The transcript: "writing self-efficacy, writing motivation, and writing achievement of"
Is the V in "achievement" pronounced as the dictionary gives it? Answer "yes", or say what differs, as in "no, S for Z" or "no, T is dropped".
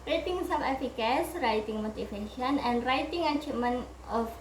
no, V is dropped